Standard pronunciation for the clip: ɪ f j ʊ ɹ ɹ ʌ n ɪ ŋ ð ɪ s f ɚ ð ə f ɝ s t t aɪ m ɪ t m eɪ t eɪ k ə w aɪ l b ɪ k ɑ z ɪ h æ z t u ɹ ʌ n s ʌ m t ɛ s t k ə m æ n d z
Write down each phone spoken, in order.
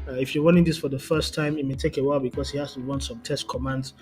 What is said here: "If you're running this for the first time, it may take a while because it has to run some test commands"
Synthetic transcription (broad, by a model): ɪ f j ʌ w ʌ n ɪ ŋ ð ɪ s f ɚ ð ə f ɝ s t t aɪ m ɪ t m eɪ t eɪ k ə w aɪ l b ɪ k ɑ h ɪ h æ s t u w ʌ n s ʌ m t ɛ s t k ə m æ n d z